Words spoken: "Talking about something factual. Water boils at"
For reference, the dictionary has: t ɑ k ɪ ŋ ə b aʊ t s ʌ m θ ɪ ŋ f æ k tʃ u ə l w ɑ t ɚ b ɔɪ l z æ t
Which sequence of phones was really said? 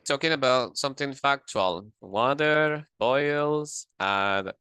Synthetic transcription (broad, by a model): t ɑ k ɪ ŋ ə b aʊ t s ʌ m θ ɪ ŋ f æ k tʃ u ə l w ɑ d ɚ b ɔɪ l z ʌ